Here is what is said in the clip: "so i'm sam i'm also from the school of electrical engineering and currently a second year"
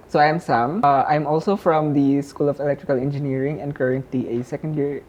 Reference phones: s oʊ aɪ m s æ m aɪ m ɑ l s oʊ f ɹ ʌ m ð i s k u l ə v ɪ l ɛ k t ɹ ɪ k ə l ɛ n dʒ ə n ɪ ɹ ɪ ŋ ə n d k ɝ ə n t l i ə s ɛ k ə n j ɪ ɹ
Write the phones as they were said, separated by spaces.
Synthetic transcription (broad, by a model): s oʊ aɪ m s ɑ m aɪ m ɑ l s oʊ f ɹ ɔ m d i s k u l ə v ɪ l ɛ k t ɹ ɪ k ə l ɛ n dʒ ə n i ɹ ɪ ŋ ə n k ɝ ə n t i ə s ɛ k ə n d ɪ ɹ